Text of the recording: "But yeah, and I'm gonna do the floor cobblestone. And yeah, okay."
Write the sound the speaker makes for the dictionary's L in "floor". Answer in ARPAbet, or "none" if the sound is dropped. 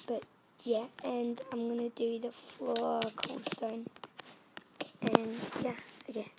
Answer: none